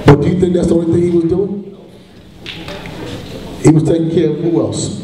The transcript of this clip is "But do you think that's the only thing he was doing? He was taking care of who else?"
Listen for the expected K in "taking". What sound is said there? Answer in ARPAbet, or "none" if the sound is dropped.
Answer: none